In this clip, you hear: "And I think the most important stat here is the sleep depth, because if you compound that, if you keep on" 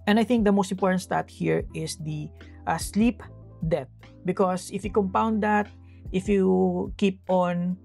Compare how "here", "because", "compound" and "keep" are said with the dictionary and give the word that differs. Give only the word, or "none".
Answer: because